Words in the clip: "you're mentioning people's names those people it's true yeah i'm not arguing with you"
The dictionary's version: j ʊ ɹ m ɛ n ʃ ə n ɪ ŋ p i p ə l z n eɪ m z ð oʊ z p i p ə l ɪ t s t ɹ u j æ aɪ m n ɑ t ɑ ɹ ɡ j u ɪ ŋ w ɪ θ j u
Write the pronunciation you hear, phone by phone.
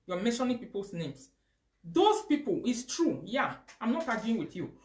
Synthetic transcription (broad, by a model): j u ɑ m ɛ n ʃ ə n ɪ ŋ p i p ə l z n eɪ m s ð oʊ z p i p ə l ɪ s t ɹ u j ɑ aɪ m n ɑ t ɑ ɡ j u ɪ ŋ w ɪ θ j u